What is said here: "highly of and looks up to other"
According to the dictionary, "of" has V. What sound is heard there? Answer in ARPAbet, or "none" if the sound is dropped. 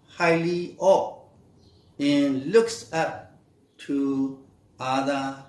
P